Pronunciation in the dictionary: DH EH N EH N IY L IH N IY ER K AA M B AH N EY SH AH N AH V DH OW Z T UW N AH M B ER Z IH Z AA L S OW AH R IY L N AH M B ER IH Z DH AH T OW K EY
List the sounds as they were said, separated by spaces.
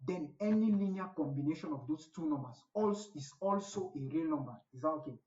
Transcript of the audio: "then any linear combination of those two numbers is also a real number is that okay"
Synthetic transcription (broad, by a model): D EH N EH N IY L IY N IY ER K AA M B AH N EY SH AH N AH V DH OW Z T UW N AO M B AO S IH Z AA L S OW AH R IY L N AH M B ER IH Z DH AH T OW K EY